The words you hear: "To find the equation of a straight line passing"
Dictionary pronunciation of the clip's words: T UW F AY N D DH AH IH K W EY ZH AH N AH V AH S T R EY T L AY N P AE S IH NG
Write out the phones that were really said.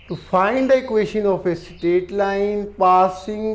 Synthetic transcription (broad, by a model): T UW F AY N D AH K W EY SH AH N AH F AH S T EY T L AY N P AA S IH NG